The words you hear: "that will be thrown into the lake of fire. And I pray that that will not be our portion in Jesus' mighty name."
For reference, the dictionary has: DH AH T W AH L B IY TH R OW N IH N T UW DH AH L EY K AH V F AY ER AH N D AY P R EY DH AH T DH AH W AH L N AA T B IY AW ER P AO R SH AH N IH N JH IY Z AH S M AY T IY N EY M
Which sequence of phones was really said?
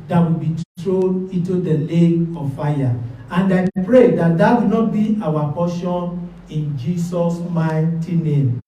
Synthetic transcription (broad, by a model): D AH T W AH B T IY T R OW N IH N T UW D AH L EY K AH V F AY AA AH N D AY P R EY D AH T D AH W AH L N AA T B IY AW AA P AO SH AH N IH N JH IY S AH S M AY T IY N EY M